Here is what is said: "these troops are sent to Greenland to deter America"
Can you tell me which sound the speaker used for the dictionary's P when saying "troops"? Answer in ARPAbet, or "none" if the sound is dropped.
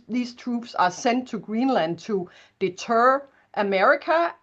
B